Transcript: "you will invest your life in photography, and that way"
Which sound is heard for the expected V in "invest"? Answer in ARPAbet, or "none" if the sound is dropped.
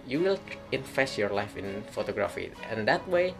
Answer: F